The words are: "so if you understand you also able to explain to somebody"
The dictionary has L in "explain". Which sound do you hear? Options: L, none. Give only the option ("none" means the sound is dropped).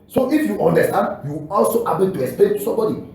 none